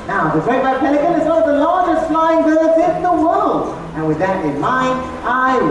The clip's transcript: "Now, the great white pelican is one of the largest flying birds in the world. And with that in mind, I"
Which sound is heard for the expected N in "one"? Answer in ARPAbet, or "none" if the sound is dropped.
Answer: none